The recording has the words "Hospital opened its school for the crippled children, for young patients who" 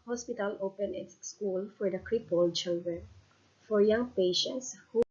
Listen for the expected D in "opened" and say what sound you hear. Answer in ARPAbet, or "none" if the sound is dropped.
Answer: none